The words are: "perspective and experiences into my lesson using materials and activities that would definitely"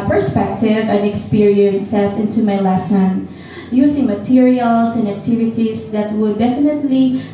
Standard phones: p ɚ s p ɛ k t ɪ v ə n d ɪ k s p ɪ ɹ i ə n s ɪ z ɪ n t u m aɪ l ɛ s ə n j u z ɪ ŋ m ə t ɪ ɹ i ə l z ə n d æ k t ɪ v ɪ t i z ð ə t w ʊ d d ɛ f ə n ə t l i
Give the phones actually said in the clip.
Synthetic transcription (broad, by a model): p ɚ s p ɛ k t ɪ v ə n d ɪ k s p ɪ ɹ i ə n s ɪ s ɪ n t u m aɪ l ɛ s ə n j u s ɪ ŋ m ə t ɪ ɹ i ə l s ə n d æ k t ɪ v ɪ t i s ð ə t w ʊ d d ɛ f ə n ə t l i